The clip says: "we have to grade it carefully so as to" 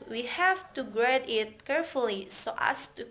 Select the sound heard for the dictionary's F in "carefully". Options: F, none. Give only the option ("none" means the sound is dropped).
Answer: F